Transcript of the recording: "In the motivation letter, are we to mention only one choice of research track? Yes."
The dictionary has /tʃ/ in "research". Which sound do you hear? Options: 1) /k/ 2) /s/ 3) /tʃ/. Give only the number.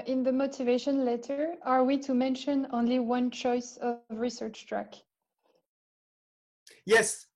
3